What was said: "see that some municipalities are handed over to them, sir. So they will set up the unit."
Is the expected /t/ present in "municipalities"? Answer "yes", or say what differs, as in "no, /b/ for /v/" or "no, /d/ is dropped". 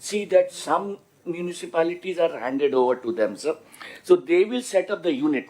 yes